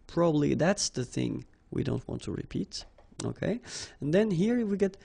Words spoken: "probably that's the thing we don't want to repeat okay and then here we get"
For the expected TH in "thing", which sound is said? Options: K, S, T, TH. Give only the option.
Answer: TH